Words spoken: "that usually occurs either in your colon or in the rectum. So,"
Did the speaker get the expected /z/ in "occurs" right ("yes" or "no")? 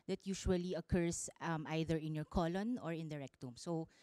no